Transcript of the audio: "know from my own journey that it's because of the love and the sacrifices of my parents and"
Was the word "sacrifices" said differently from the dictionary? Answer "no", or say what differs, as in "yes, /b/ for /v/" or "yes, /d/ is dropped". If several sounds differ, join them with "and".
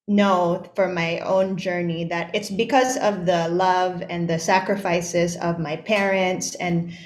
no